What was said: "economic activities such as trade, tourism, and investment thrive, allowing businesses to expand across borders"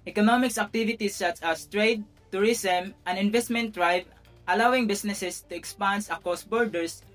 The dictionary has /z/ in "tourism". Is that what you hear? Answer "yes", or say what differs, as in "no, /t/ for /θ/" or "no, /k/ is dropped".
no, /s/ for /z/